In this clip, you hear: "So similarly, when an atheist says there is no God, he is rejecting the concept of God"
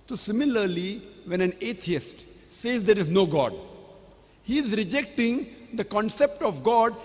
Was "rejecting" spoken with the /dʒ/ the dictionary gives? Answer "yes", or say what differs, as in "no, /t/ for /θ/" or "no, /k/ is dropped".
yes